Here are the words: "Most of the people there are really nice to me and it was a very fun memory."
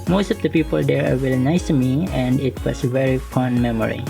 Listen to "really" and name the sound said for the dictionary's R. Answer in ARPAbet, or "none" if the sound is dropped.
W